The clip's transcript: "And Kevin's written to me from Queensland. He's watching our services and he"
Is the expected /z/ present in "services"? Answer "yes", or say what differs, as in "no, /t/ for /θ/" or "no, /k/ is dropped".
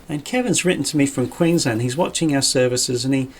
yes